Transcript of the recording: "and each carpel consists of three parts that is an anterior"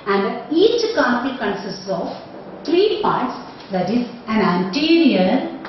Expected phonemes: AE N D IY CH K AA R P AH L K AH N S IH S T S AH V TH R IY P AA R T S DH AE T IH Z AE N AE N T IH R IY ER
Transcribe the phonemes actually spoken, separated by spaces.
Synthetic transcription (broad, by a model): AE N D IY CH K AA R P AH K AH N S IH S T S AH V T R IY P AA R T S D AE T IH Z AE N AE N T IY R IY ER